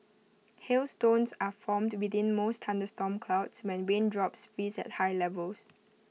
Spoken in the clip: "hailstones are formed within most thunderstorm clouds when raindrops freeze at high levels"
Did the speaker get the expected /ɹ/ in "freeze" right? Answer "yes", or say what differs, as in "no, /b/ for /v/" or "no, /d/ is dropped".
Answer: no, /ɹ/ is dropped